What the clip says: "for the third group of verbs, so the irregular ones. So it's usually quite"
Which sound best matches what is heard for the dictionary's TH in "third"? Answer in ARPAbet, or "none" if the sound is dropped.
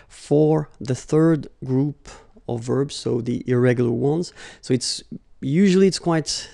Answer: TH